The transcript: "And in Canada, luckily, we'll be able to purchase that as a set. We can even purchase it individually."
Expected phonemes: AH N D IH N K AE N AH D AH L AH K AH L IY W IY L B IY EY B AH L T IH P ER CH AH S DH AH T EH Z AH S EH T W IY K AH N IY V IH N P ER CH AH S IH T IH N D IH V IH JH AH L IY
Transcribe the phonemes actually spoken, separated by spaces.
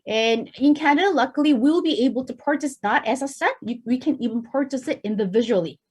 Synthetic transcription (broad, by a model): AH N IH N K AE AH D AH L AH K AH L IY W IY L B IY EY B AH L T IH P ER CH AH S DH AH T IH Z AH S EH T W IY K AH N IY V IH N P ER CH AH S IH T IH N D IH V IH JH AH L IY